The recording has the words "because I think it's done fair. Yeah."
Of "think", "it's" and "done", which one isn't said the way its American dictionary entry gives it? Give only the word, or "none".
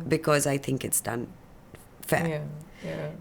none